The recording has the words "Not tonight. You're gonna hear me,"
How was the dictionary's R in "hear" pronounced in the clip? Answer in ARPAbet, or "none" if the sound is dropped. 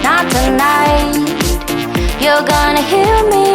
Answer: L